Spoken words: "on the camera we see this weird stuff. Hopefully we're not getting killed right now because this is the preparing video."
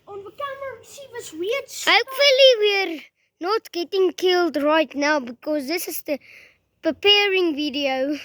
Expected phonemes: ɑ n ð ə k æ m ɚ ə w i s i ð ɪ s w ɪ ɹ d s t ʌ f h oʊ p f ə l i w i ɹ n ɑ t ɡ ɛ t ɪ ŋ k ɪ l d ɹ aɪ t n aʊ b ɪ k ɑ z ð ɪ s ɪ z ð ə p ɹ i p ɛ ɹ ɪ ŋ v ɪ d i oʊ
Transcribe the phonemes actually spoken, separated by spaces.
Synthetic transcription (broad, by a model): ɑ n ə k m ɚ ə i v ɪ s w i h oʊ p f ə l i w i ɹ n ɑ t ɡ ɛ t ɪ ŋ k ɪ l d ɹ aɪ t n aʊ b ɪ k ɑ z ð ɪ s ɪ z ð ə p ɹ i p ɛ ɹ ɪ ŋ v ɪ d i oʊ